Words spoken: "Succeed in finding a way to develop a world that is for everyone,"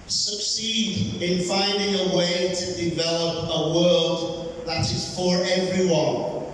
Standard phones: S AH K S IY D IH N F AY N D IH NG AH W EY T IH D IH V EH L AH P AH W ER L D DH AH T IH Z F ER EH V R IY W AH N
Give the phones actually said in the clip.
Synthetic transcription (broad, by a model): S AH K S IY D IH N F AY N D IH NG AH W EY T IH D IH V EH L AH P AH W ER L D DH AH T IH Z F ER EH V R IY W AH N